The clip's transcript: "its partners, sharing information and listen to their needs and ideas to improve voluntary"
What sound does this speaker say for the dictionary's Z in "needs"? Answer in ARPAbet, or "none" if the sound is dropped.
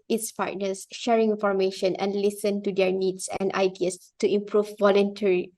S